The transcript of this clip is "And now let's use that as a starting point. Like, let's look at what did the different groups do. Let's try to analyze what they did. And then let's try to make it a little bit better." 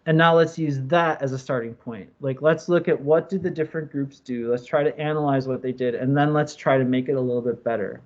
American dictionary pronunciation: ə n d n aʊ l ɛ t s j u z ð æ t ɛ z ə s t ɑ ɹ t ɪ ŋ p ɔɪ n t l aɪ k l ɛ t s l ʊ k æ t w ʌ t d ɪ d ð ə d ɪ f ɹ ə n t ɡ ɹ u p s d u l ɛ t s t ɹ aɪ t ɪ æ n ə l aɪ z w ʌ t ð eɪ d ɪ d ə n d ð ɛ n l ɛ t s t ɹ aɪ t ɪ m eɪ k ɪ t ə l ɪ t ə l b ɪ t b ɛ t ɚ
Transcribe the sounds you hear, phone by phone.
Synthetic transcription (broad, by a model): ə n n aʊ l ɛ t s j u z ð æ t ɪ z ə s t ɑ ɹ t ɪ ŋ p ɔɪ n t l aɪ k l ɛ t s l ʊ k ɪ t w ʌ t d ɪ d ð ə d ɪ f ɹ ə n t ɡ ɹ u p s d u l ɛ t s t ɹ aɪ t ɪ æ n ə l aɪ z w ʌ t ð eɪ d ɪ d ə n ð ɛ n l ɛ t s t ɹ aɪ t ɪ m eɪ k ɪ t ə l ɪ t l b ɪ t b ɛ t ɚ